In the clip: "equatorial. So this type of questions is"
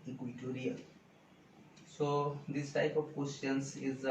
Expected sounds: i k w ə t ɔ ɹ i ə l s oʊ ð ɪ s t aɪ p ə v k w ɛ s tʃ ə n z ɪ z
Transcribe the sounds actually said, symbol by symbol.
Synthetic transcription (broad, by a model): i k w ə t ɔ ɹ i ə s oʊ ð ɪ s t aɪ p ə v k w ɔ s ə n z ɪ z